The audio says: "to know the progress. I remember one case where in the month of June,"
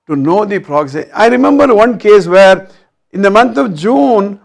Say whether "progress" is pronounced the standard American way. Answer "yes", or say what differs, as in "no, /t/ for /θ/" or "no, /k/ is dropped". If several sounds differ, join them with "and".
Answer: no, /s/ is dropped